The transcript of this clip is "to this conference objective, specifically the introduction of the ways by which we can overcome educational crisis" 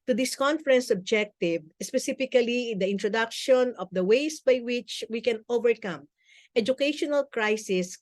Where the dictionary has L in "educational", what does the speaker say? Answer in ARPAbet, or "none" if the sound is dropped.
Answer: L